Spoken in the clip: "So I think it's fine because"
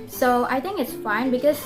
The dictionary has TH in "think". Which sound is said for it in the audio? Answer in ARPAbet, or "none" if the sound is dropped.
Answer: T